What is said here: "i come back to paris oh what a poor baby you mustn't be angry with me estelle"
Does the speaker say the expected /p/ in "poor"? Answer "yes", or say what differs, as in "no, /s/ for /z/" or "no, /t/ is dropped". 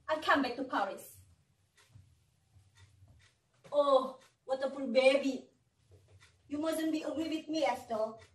no, /f/ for /p/